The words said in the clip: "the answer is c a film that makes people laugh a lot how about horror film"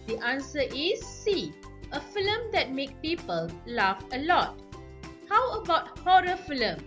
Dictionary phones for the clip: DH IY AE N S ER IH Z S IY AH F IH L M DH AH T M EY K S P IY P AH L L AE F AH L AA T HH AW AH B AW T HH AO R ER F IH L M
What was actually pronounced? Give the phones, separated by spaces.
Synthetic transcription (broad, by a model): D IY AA N S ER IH S IY AH F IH L M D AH T M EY K P IY P AH L L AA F AH L AA T HH AW AH B AW T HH AO R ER F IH L M